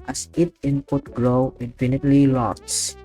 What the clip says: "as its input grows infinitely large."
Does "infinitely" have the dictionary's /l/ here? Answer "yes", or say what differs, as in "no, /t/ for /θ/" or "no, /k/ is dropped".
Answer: yes